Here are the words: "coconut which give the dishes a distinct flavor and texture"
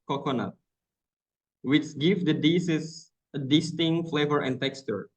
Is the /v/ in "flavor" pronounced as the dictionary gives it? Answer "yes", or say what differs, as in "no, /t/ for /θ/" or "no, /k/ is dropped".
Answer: yes